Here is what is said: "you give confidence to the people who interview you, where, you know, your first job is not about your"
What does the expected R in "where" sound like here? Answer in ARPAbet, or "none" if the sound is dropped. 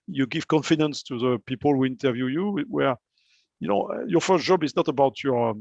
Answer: R